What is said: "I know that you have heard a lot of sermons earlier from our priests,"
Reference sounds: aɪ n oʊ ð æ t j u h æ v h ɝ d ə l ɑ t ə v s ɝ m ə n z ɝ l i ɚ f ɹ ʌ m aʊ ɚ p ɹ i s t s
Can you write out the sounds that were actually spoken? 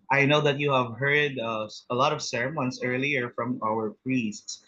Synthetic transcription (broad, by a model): aɪ n oʊ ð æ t j u h æ v h ɝ d ə l ɑ t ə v s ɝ m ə n s ɝ l i ɚ f ɹ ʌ m aʊ ɚ p ɹ i s t s